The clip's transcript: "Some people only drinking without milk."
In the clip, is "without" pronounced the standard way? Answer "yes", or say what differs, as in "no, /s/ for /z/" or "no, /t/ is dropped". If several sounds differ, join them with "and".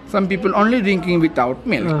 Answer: no, /t/ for /θ/